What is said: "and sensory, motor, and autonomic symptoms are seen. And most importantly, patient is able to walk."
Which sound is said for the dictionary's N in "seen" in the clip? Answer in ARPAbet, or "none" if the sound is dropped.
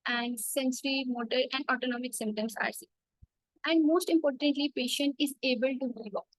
none